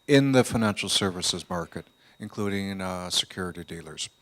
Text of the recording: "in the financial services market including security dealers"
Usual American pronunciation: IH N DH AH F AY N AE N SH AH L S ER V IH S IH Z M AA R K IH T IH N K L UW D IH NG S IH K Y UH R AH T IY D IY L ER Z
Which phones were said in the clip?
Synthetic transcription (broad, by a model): IH N DH AH F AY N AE N SH L S ER V IH S IH Z M AA R K IH T IH N K L UW D IH NG S IH K Y UH R AH T IY D IY L ER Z